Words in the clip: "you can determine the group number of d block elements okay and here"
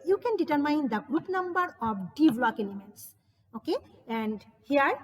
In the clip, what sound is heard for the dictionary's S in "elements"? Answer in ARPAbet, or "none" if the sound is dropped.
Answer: S